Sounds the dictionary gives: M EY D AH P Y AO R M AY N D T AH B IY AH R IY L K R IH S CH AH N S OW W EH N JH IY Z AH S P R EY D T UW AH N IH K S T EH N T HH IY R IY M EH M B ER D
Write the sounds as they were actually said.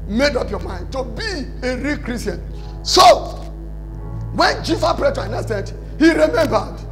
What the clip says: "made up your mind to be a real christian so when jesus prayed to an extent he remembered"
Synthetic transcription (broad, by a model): M EY D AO P Y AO M AY N D T AH B IY AH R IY K R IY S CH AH N S OW W EH N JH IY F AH P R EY T UW AH N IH S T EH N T HH IY R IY M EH M B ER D